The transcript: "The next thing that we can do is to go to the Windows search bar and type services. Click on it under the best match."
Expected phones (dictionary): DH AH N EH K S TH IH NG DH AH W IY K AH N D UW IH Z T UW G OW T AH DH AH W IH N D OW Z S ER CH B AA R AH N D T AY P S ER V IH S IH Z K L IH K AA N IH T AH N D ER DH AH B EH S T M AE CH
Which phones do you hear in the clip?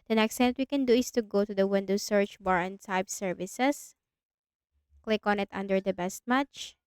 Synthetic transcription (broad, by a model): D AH N EH K S T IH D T W IY K AH N D UW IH S T UW G OW T AH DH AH W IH N D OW S ER CH B AA R AH N D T AY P S ER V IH S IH S K L IH K AA N IH T AH N D ER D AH B EH S T M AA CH